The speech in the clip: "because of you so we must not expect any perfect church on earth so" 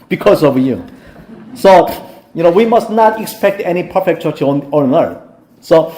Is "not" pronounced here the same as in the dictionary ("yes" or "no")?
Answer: yes